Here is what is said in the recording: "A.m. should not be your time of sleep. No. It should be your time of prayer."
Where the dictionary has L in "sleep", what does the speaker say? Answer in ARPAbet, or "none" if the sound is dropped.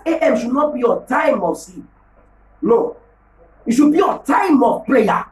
none